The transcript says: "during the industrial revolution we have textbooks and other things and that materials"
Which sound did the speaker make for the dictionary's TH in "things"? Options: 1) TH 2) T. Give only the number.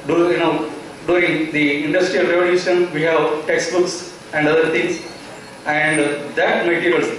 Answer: 2